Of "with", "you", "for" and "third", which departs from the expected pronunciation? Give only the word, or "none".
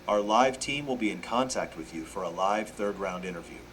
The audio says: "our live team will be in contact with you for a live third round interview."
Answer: none